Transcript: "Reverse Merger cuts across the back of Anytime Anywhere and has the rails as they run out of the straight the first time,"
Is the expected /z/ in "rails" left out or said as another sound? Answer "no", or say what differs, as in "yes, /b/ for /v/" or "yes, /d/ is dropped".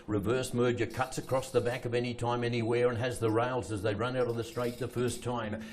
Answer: no